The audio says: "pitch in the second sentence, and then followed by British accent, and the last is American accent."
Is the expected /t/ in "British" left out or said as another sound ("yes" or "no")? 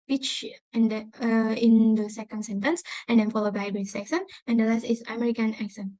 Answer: yes